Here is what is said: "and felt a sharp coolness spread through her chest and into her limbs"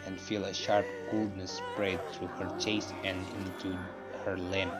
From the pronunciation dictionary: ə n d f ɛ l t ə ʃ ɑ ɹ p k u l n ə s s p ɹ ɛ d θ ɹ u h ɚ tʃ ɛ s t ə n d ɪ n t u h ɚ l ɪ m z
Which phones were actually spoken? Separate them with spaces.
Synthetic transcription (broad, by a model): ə n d f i l ə ʃ ɑ ɹ p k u l n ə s s p ɹ ɛ d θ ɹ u h ɚ tʃ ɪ s ə n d ɪ n t u h ɚ l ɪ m